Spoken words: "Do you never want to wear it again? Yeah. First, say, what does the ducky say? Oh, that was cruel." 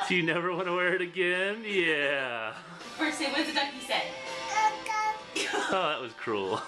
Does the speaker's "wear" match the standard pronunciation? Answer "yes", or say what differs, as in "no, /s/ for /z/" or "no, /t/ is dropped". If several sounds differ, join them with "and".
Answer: yes